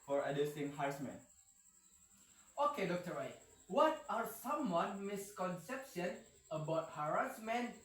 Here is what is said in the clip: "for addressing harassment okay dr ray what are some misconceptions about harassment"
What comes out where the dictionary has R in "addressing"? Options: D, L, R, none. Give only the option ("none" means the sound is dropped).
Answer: none